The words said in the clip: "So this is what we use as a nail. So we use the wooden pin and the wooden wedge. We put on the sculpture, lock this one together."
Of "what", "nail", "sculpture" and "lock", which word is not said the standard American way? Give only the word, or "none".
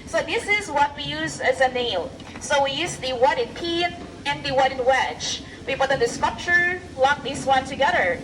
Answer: sculpture